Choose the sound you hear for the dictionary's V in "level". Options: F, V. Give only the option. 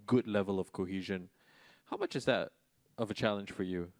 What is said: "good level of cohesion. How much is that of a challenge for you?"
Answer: V